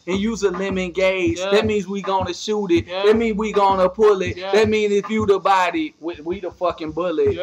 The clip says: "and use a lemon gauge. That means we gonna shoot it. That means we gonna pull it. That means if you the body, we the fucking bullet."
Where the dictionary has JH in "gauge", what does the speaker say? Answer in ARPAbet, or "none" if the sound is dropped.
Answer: Z